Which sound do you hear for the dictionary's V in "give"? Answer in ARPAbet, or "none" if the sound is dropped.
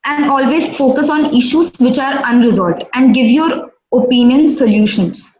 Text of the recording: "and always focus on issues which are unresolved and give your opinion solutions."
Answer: V